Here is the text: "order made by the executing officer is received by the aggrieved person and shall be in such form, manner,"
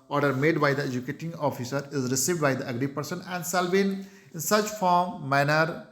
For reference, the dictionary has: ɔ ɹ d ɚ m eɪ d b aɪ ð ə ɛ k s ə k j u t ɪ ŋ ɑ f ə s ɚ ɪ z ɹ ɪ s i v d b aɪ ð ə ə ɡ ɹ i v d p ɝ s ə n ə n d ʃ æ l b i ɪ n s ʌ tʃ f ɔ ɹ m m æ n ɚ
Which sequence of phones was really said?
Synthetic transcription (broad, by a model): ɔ ɹ d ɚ m eɪ d b aɪ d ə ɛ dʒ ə k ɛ t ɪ ŋ ɑ f ə s ɚ ɪ z ɹ ɪ s i v d b aɪ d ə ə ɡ ɹ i p ɝ s ə n ə n d s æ l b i ɪ n s ʌ tʃ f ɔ ɹ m m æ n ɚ